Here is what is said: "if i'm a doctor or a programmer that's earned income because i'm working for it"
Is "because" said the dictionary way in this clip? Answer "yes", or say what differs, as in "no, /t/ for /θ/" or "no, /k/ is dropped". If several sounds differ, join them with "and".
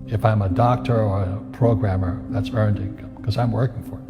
no, /z/ is dropped